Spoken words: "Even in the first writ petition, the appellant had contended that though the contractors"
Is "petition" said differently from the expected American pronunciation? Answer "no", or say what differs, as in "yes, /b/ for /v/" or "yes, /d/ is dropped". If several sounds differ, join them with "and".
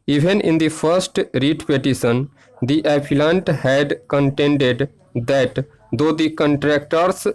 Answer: yes, /s/ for /ʃ/